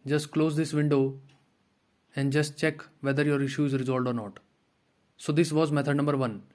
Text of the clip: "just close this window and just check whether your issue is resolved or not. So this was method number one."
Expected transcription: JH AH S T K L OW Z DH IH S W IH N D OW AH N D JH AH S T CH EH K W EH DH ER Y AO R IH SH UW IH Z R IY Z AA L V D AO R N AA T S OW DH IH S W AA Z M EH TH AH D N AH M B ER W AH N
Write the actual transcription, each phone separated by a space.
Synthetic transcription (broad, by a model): JH AH S T K L OW Z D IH S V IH N D OW AH N D JH AH S T CH EH K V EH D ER Y AO R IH SH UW IH Z R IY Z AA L D AO R N AA T S OW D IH S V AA Z M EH T AH D N AH M B ER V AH N